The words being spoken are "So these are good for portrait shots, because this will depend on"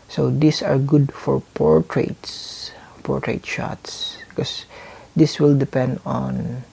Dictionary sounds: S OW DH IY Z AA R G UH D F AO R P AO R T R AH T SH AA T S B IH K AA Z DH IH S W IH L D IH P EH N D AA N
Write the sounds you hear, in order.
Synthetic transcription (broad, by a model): S OW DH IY S AA R G UH D F AO R P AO R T R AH T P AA T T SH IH K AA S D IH S W IH L D IH P EH N D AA N